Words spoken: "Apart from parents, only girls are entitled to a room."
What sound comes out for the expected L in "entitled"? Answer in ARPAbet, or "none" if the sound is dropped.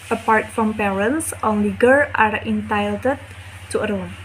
none